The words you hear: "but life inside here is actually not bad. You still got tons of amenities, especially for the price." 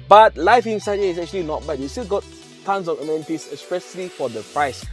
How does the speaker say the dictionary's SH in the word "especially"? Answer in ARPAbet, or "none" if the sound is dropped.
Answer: S